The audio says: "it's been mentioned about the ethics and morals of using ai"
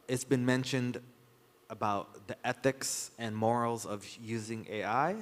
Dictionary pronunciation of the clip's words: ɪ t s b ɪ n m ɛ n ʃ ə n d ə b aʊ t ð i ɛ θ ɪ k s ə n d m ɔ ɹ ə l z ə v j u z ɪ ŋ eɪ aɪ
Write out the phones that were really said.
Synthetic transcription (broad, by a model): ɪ t s b ɪ n m ɛ n ʃ ə n d ə b aʊ t ð i ɛ θ ɪ k s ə n m ɔ ɹ l z ə v j u z ɪ ŋ eɪ aɪ